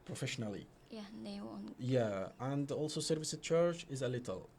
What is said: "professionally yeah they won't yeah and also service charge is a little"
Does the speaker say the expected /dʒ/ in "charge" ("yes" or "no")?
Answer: no